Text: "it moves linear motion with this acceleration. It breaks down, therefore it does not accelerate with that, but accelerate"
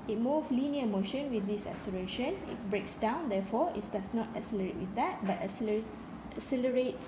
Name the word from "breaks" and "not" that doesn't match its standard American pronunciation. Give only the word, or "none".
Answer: none